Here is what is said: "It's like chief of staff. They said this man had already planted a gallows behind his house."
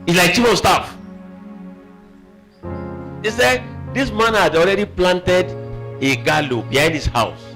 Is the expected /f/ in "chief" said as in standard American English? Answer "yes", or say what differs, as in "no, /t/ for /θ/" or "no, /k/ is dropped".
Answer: no, /p/ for /f/